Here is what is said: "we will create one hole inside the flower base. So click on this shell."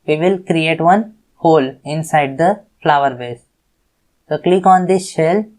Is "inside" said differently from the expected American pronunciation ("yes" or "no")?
no